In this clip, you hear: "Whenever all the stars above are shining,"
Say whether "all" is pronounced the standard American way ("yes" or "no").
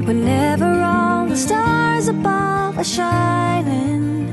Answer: no